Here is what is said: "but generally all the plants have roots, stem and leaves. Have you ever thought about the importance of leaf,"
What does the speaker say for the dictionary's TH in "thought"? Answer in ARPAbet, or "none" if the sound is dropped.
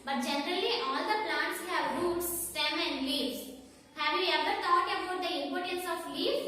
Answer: T